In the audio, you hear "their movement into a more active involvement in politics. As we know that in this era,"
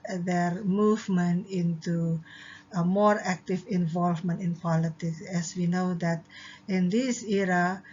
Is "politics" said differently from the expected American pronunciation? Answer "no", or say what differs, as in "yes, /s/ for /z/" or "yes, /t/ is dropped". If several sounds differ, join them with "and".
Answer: no